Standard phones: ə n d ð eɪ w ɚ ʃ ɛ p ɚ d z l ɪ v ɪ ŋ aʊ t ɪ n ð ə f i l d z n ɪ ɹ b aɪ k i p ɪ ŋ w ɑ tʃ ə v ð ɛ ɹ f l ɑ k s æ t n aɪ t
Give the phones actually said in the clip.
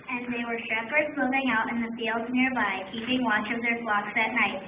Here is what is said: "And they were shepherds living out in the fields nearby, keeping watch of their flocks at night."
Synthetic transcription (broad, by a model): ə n ð eɪ w ɚ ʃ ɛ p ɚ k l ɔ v ɪ ŋ aʊ t ɪ n ð ə f i l d z n ɪ ɹ b aɪ k i p ɪ ŋ w ɑ tʃ ə v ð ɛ ɹ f l ɑ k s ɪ t n aɪ t